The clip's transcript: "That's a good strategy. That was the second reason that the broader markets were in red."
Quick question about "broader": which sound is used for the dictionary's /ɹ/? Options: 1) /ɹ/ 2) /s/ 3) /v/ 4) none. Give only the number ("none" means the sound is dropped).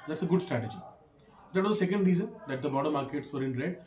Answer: 4